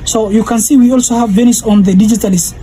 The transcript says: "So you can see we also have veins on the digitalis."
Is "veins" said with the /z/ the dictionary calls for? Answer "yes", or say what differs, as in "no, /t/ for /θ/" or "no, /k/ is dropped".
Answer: no, /s/ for /z/